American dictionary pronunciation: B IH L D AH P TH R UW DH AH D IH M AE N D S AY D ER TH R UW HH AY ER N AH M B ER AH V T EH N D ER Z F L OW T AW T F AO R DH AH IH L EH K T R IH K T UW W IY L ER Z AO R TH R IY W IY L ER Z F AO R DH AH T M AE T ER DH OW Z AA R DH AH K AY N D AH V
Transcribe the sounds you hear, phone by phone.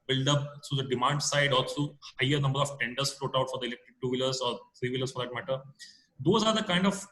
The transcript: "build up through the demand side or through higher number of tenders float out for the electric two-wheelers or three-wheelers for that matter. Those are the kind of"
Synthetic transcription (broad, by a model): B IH L D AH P T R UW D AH D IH M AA N D S AY D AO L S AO HH AY ER N AH M B ER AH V T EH N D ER S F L OW T AW T F AO R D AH IH L EH K T R IH K T UW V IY L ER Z AO R T R IY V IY L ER S F AO R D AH T M AE T ER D OW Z AA R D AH K AY N D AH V